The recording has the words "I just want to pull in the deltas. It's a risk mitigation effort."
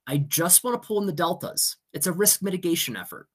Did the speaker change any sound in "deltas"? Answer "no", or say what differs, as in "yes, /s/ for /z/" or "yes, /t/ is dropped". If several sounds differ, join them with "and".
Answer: no